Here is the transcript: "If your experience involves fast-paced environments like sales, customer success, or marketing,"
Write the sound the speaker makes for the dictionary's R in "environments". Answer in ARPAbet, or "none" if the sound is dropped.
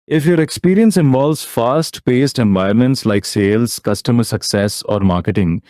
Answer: none